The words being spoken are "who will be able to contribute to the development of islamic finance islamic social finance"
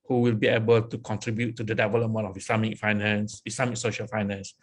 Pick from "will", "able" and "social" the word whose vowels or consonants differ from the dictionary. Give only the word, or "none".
none